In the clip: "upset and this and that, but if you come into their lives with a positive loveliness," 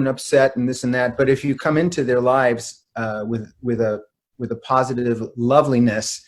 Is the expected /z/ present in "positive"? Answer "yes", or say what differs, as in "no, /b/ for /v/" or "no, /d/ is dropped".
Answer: yes